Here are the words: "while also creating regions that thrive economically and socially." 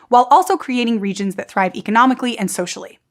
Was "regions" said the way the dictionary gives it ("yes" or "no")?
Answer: yes